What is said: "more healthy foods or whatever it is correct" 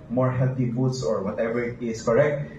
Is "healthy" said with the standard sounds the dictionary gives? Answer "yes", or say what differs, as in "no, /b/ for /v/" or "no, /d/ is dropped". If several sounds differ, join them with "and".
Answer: no, /t/ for /θ/